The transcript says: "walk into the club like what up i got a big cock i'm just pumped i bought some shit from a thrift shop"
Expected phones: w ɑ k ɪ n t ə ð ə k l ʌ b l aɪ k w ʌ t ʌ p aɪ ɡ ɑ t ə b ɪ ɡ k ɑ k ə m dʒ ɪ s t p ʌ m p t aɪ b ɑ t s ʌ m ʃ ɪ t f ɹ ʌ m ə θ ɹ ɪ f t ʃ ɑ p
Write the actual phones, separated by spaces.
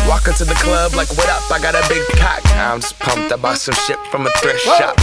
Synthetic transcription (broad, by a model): w ɑ k ɪ n t ə ð ə k l ʌ b l aɪ k w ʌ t ʌ p aɪ ɡ ɑ t ə b ɪ ɡ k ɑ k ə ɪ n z p ʌ m p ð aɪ b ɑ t s ʌ m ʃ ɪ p f ɹ ʌ m ə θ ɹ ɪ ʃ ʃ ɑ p